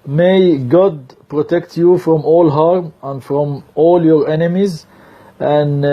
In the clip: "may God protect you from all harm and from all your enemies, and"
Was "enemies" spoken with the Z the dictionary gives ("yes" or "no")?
yes